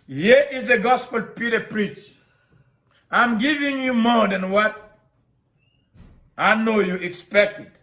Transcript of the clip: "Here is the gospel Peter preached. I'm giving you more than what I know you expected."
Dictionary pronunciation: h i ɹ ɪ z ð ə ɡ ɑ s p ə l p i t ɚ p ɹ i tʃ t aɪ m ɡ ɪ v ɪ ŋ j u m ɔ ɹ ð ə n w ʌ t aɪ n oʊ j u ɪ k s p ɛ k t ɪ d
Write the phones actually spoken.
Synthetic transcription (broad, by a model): h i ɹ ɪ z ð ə ɡ ɑ s p ə l p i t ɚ p ɹ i tʃ aɪ m ɡ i v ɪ ŋ j u m ɔ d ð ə n w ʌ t aɪ n oʊ j u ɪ k s p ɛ k t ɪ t